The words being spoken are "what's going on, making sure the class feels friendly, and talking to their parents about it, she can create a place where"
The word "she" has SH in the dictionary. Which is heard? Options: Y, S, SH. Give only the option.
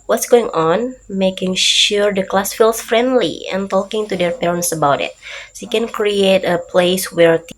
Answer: S